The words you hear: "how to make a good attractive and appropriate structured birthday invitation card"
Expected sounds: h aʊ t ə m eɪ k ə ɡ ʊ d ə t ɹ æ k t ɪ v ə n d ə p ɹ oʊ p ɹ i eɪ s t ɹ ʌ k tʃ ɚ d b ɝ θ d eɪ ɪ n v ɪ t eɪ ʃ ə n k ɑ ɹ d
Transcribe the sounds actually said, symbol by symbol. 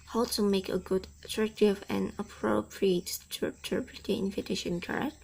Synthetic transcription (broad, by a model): h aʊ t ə m eɪ k ə ɡ ʊ d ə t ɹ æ k t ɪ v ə n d ə p ɹ oʊ p ɹ i eɪ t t ʌ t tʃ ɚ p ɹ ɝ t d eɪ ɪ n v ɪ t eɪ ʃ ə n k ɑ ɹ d